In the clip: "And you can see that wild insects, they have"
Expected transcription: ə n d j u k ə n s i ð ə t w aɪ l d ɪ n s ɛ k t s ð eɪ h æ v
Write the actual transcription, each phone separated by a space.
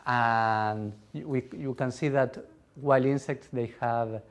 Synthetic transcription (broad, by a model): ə n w j u k ə n s i ð ə t w aɪ l i n s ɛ k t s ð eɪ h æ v